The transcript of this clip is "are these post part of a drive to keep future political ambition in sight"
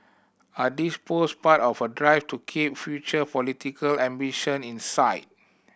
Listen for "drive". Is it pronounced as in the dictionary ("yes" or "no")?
no